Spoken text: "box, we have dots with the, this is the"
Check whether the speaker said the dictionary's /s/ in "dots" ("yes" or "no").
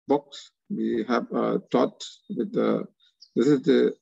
no